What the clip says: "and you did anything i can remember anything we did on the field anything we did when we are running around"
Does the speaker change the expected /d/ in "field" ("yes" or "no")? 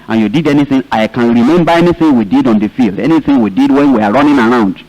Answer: no